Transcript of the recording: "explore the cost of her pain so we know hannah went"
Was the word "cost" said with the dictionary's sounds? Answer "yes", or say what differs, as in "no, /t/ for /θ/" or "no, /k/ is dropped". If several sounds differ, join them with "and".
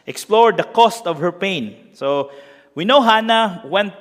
yes